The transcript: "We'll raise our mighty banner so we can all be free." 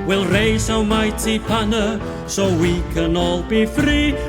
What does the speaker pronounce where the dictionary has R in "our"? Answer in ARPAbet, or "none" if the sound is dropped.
W